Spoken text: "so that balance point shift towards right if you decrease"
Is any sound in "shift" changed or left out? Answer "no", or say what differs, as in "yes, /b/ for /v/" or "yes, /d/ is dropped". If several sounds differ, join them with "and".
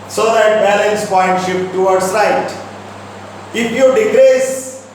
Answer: yes, /p/ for /f/